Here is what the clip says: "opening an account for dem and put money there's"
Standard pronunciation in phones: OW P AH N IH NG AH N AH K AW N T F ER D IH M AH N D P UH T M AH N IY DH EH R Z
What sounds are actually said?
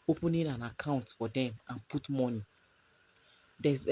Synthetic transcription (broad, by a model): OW P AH N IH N AH N AH K AW N T F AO D IH M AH N P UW T M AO N IY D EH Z